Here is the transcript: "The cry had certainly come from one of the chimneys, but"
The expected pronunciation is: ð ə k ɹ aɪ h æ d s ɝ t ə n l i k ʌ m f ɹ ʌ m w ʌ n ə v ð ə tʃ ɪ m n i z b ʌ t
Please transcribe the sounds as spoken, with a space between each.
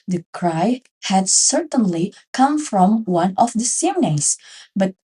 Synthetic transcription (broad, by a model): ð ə k ɹ aɪ h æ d s ɝ t ə n l i k ʌ m f ɹ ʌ m w ʌ n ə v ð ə s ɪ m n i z b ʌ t